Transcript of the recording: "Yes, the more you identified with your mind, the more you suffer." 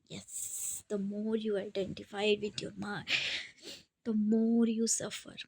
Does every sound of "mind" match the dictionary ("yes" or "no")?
no